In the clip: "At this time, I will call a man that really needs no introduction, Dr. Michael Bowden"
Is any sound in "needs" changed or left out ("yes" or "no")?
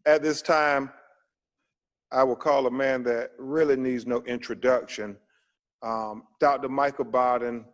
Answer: no